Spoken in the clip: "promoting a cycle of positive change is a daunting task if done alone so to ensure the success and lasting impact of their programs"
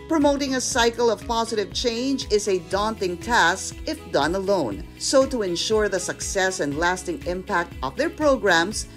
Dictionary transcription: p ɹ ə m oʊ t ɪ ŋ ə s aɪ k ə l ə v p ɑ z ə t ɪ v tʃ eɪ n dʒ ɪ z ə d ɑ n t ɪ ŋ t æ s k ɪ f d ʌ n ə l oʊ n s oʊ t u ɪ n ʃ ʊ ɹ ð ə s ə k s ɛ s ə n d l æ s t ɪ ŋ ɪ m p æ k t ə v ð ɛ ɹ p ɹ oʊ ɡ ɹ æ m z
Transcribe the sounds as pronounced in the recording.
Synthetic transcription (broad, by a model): p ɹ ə m oʊ t ɪ ŋ ə s aɪ k l ə v p ɑ z ə t ɪ v tʃ eɪ n dʒ ɪ z ə d ɑ n t ɪ ŋ t æ s k ɪ f d ʌ n ə l oʊ n s oʊ t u ɪ n ʃ ʊ ɹ ð ə s ə k s ɛ s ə n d l æ s t ɪ ŋ ɪ m p æ k t ə v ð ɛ ɹ p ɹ oʊ ɡ ɹ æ m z